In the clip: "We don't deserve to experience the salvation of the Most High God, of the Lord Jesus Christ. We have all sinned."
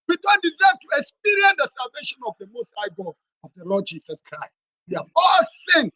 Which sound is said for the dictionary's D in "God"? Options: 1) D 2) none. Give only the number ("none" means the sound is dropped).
2